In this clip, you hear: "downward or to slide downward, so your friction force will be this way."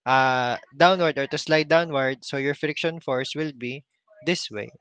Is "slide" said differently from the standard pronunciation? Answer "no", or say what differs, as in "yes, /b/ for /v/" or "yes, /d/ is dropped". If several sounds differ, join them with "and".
no